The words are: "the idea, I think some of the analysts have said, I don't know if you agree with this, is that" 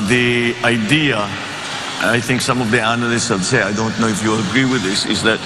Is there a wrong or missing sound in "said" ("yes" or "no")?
yes